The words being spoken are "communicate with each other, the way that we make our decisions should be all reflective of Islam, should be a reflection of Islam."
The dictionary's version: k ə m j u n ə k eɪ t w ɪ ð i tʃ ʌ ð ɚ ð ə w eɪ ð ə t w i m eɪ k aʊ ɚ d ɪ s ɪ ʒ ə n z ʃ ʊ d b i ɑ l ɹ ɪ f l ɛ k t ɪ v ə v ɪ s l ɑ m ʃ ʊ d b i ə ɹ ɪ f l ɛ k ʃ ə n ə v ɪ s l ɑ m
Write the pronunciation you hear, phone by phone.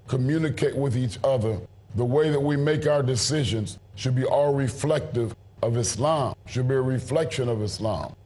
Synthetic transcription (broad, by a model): k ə m j u n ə k eɪ t w ɪ ð i tʃ ʌ ð ɚ ð ə w eɪ ð ə t w i m eɪ k aʊ ɚ d ɪ s ɪ ʒ ə n z ʃ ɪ d b i ɑ l ɹ ɪ f l ɛ k t ɪ v ə v ɪ s l ɑ m ʃ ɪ d b i ə ɹ ɪ f l ɛ k ʃ ə n ə v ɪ s l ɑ m